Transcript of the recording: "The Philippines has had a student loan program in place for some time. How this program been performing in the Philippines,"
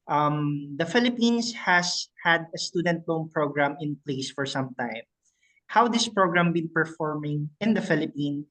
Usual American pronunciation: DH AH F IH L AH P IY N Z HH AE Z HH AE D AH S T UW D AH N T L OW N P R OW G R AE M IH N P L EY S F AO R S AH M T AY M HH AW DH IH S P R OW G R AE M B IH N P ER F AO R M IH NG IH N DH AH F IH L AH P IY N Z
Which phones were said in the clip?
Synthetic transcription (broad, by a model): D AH F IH L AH P IY N S HH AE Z HH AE D AH S T UW D AH N T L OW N P R OW G R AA M IH N P L EY S F AO R S AH M T AY M HH AW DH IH S P R OW G R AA M B IH N P ER F AO R M IH NG IH N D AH F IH L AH P IY N